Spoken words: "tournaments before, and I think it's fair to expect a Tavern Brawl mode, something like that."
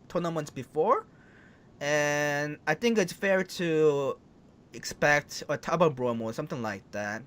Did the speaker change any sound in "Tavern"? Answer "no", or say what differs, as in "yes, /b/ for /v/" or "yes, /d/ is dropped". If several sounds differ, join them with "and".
yes, /b/ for /v/